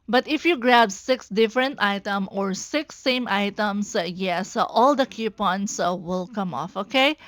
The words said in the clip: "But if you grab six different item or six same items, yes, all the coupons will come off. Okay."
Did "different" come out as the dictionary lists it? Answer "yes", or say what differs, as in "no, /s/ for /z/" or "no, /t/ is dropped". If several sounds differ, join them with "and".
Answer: yes